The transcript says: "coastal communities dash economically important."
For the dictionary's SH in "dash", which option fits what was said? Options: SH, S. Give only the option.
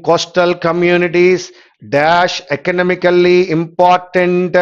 SH